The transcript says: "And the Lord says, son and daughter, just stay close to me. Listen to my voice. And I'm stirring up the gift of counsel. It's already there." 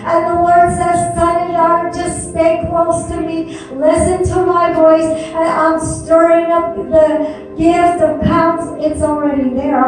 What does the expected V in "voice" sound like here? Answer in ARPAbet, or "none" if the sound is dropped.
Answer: V